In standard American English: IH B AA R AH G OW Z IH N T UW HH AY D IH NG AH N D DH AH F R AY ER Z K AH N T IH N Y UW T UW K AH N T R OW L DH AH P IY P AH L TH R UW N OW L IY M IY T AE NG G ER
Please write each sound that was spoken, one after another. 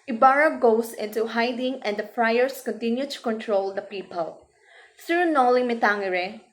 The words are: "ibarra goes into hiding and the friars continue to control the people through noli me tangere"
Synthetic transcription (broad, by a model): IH B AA R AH G OW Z IH N T UW HH AY D IH NG AH N D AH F R AY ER S K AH N T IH N Y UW T UW K AH N T R OW L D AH P IY P AH L S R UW N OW L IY M IY T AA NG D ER